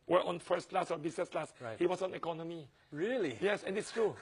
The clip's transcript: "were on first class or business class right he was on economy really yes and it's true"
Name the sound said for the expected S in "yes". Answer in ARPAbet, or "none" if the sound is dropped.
S